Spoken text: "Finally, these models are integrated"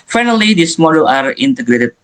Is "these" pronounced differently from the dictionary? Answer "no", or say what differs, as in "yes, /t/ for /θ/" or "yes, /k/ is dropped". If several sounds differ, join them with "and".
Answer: yes, /s/ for /z/